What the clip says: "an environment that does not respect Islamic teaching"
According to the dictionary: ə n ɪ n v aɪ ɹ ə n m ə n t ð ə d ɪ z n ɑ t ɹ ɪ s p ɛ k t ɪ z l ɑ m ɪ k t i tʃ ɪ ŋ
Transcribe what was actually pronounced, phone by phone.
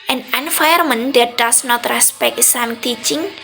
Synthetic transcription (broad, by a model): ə n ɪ n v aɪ ə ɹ m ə n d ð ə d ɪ s n ɑ t ɹ ɪ s p ɛ k t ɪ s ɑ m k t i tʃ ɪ ŋ